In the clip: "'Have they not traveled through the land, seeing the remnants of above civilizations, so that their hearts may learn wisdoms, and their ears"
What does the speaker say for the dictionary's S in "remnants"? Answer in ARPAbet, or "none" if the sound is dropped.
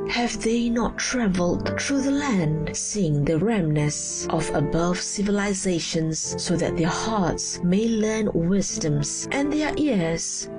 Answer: none